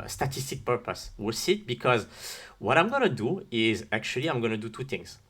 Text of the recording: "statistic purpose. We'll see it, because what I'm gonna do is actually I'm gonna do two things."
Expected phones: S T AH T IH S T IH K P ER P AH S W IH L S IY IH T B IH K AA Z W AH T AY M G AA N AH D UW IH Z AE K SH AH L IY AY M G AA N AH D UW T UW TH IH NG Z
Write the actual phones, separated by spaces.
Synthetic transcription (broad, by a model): S T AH T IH S T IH K P ER P AH S W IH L S IY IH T B IH K AA Z W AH T AY M G AA N AH D UW IH Z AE K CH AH L IY AY M G AA N AH D UW T UW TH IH NG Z